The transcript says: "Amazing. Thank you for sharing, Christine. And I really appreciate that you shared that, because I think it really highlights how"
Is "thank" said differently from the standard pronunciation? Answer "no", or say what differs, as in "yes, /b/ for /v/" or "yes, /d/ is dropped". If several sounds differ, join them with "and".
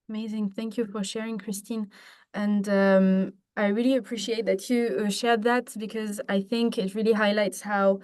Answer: no